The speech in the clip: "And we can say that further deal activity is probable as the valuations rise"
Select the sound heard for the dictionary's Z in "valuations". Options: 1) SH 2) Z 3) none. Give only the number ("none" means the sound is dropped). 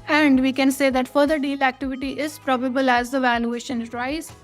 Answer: 3